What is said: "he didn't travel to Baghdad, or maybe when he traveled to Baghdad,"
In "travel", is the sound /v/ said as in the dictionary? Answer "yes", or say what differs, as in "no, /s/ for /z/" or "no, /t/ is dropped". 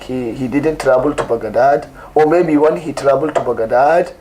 no, /b/ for /v/